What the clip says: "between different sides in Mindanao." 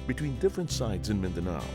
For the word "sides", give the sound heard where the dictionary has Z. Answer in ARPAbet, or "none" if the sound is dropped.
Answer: Z